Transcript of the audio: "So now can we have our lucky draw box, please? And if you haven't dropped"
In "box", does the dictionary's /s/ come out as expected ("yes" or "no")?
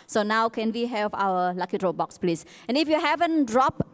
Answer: yes